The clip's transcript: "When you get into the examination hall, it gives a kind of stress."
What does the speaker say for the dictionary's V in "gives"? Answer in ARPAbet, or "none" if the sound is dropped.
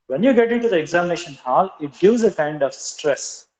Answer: none